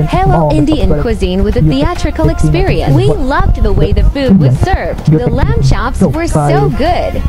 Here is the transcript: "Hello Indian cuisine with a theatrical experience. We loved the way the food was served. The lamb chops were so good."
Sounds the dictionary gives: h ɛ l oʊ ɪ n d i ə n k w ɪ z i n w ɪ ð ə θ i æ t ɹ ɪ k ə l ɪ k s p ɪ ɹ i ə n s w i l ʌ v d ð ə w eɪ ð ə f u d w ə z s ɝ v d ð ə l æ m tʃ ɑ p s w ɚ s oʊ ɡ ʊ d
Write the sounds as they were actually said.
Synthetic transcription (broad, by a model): h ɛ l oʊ ɪ n d i ə n k w ɪ z i n w ɪ ð ə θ i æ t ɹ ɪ k l ɪ k s p ɪ ɹ i ə n s w i l ʌ v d ð ə w eɪ ð ə f u d w ə z s ɝ v d ð ə l æ m ʃ ɑ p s w ɚ s oʊ ɡ ʊ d